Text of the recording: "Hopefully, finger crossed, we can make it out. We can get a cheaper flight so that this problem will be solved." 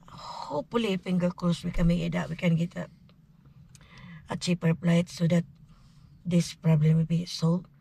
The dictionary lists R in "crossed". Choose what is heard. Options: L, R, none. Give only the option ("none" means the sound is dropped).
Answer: L